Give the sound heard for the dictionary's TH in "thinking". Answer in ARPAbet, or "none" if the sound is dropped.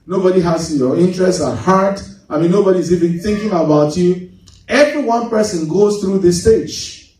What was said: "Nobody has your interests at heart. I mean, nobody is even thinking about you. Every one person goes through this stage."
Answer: TH